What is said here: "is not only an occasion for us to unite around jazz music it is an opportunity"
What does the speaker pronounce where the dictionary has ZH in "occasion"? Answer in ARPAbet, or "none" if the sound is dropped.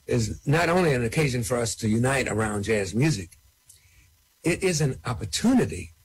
ZH